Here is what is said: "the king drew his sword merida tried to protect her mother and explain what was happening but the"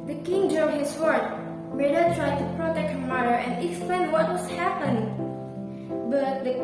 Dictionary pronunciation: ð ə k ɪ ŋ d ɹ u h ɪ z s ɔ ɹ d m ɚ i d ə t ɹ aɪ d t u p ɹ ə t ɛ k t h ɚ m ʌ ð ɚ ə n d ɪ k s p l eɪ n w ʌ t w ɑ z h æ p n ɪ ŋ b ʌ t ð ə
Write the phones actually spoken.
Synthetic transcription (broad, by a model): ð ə k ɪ ŋ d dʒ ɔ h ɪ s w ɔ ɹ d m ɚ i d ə t ɹ aɪ d t u p ɹ ə t ɛ k t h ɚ m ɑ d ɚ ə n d ɪ k s p l eɪ n w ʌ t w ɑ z h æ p ɪ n b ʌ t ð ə